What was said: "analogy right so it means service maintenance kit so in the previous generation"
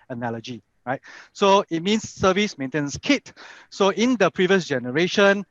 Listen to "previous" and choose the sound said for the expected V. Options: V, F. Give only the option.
V